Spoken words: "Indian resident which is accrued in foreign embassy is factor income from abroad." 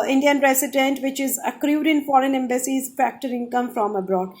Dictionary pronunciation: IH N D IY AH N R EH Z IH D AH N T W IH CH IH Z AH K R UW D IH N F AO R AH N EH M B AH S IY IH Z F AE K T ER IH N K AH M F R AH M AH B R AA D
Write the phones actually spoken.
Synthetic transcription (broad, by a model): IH N D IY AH N R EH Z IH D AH N T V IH CH IH Z AH K R UW D IH N F AO R AH N EH M B AH S IY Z F AE K T ER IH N K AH M F R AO M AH B R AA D